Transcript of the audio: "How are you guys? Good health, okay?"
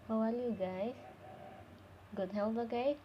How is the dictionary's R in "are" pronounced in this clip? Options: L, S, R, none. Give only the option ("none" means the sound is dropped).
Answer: L